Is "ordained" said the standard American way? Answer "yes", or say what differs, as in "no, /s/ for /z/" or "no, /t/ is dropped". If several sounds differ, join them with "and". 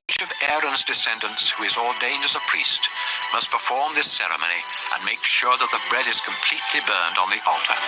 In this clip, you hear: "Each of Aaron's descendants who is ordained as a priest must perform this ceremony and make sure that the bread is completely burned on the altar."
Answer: yes